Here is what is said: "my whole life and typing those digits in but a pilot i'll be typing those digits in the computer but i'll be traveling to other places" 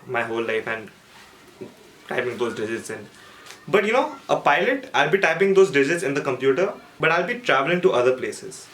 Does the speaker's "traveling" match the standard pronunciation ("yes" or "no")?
yes